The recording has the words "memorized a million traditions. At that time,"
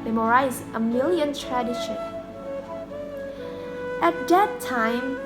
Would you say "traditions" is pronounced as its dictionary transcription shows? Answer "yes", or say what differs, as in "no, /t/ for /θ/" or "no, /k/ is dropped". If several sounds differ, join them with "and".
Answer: no, /z/ is dropped